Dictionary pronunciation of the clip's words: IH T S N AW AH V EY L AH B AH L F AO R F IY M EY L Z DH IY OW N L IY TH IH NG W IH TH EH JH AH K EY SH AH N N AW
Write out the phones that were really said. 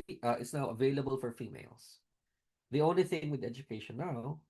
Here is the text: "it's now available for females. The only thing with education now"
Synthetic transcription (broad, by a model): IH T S N AW AH V EY L AH B AH L F AO R F IY M EY L S DH IY OW N L IY TH IH NG W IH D EH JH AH K EY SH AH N N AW